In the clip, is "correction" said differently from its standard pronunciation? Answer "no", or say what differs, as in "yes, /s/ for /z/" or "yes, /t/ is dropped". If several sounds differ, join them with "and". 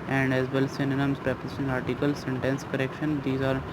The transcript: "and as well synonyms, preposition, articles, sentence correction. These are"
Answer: no